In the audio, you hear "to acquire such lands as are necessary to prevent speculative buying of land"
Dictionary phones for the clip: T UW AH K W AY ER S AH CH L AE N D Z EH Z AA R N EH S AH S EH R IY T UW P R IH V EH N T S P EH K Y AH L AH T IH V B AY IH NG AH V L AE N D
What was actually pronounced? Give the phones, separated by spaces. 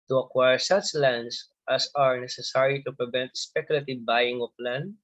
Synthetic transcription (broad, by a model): T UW AH K W AY ER S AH CH L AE N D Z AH S AA R N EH S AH S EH R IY T UW P R IH V EH N T S P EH K Y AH L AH T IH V B AY IH NG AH P L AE N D